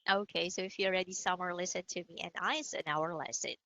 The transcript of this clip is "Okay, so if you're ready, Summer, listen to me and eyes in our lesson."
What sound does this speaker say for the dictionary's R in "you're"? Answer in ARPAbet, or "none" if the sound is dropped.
L